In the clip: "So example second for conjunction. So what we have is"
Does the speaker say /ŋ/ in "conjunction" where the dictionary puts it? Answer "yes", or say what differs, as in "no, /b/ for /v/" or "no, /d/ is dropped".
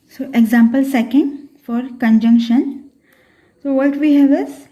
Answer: yes